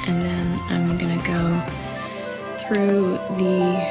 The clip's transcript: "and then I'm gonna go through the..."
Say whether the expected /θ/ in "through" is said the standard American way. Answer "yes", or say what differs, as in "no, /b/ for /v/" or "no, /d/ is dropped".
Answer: yes